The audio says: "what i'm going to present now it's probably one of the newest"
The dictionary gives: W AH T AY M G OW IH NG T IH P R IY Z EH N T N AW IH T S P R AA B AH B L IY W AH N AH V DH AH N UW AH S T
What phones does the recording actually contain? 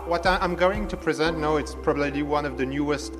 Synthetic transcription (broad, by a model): W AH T AY M G OW IH NG T IH P R IY Z EH N T N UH IH T S P R AA B AH B L IY W AH N AH V DH AH N UW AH S T